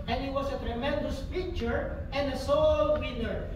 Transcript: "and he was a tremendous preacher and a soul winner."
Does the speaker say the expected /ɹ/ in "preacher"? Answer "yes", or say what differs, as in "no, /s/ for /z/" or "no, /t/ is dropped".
no, /ɹ/ is dropped